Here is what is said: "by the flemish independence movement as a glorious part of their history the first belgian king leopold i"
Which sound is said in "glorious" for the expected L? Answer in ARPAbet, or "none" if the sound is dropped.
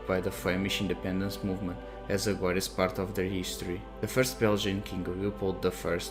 none